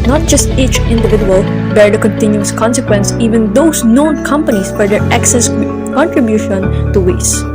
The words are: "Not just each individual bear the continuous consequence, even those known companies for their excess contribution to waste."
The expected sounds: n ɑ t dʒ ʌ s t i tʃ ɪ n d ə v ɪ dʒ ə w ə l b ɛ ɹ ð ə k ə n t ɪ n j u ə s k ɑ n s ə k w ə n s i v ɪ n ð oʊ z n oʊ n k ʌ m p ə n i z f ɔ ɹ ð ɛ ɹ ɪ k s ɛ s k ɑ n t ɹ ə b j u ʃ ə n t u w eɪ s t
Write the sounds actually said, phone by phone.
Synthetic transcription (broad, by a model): n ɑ t dʒ ʌ s t i tʃ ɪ n d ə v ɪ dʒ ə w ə l b ɛ ɹ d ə k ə n t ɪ n j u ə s k ɑ n s ə k w ə n s i v ɪ n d oʊ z n oʊ n k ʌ m p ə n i s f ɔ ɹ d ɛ ɹ ɪ k s ɛ s k ɑ n t ɹ ə b j u ʃ ə n t u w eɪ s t